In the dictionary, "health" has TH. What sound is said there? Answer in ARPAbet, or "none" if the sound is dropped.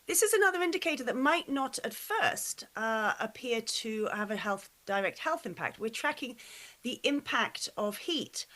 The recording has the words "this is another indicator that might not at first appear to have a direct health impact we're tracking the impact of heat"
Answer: TH